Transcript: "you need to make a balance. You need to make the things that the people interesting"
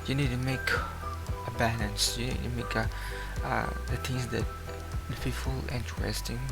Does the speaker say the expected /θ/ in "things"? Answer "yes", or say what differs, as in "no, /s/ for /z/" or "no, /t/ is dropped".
no, /t/ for /θ/